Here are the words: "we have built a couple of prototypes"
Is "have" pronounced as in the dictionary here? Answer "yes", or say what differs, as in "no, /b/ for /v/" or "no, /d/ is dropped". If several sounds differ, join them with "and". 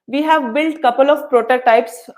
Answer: yes